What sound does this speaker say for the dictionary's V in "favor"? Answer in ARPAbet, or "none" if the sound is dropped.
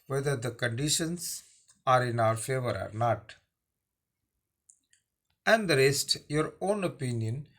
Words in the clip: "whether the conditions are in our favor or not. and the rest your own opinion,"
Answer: V